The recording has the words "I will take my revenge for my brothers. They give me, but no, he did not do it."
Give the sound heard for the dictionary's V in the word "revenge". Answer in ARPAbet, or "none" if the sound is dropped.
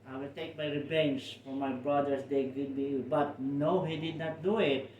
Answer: B